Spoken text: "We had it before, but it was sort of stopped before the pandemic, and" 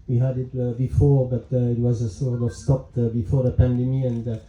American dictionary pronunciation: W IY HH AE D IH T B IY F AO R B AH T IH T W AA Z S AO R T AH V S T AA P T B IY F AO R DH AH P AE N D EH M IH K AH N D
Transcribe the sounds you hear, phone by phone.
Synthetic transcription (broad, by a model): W IY HH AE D IH T B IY F AO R B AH T IH T W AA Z S AO R T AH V S T AA P T B IY F AO R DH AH P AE N D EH M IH AH N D